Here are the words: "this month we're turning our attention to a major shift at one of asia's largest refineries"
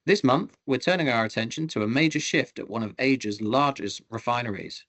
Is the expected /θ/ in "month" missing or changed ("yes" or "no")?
no